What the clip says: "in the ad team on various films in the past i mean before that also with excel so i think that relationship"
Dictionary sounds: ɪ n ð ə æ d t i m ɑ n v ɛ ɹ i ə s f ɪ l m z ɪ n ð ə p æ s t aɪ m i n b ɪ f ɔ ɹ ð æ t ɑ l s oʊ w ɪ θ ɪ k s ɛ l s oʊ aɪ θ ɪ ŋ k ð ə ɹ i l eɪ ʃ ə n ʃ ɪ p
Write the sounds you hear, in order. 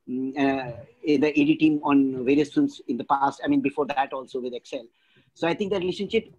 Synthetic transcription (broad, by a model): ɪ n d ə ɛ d t i m ɑ n v ɛ ɹ i ə s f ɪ m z ɪ n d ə p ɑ s t aɪ m i n b ɪ f ɔ ɹ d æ t ɑ l s oʊ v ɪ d ɪ k s ɛ l s oʊ aɪ t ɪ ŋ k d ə ɹ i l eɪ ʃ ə n ʃ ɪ p